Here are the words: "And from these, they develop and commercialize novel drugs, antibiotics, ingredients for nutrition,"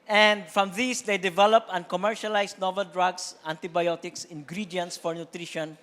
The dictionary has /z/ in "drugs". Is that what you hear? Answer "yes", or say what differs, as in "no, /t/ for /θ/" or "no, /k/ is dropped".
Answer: no, /s/ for /z/